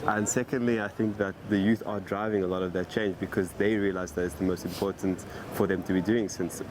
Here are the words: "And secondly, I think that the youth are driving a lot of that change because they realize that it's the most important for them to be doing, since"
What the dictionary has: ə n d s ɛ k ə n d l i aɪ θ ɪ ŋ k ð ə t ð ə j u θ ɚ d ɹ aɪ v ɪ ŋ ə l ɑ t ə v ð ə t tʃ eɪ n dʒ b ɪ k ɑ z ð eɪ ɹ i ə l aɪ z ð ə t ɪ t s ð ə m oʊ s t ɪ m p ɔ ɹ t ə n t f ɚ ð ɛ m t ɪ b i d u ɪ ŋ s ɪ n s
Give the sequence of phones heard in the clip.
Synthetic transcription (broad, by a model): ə n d s ɛ k ə n d l i aɪ θ ɪ ŋ k ð ə t ð ə j u θ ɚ d ɹ aɪ v ɪ ŋ ə l ɑ t ə v ð ə t tʃ eɪ n dʒ b ɪ k ɑ z ð eɪ ɹ i ə l aɪ z ð ə t ɪ t s ð ə m oʊ s t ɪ m p ɔ ɹ t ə n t f ɚ ð ɛ m t ɪ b i d u ɪ ŋ s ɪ n s